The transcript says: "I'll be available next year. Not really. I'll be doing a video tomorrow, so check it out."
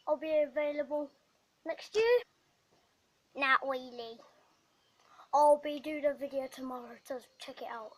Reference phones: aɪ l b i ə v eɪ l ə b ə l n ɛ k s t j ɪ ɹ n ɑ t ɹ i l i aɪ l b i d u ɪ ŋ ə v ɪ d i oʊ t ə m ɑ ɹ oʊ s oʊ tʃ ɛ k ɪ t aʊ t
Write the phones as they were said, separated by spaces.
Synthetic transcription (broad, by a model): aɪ l b i ə v eɪ l ə b ə l n ɛ k s t j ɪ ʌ n ɑ t w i l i aɪ l b i d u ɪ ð ə v ɪ d i oʊ t ə m ɑ ɹ oʊ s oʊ tʃ ɛ k ɪ t aʊ t